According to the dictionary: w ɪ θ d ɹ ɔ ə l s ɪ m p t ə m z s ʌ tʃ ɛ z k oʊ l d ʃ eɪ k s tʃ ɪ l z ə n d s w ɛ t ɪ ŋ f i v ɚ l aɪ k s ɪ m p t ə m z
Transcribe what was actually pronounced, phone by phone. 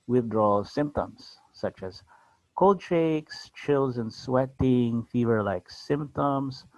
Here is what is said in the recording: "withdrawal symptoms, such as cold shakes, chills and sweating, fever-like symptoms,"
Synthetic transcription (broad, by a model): w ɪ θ d ɹ ɔ l s ɪ m p t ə m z s ʌ tʃ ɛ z k oʊ l d ʃ eɪ k s tʃ ɪ l z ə n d s w ɛ t ɪ ŋ f i v ɚ l aɪ k s ɪ m p t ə m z